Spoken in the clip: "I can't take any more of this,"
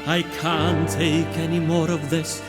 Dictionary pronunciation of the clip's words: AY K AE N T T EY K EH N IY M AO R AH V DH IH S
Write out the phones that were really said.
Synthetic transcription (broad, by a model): AY K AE N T T EY K EH N IY M AO R AH V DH IH S